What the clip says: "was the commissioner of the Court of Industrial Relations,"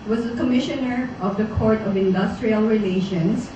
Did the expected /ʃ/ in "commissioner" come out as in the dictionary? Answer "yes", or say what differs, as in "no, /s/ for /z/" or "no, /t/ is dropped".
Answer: yes